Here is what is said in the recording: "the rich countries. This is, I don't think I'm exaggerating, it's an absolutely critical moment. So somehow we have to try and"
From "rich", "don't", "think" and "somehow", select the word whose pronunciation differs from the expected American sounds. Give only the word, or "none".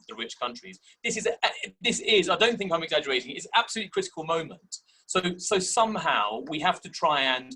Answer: none